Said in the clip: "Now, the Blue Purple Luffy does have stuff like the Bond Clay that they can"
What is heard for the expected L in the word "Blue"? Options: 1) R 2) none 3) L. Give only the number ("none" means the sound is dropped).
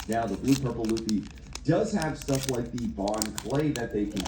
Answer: 2